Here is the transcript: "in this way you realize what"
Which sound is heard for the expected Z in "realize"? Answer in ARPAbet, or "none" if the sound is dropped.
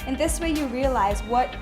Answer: Z